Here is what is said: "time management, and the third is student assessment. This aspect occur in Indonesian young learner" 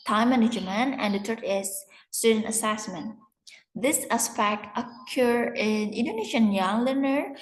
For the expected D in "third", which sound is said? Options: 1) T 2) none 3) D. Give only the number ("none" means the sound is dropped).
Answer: 2